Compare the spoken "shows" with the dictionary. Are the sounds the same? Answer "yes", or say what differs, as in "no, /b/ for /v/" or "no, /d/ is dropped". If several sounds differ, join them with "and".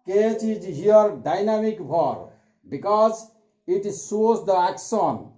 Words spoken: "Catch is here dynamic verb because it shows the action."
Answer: no, /s/ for /ʃ/